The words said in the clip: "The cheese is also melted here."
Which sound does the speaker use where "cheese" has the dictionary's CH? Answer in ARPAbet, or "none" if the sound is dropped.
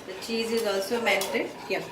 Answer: CH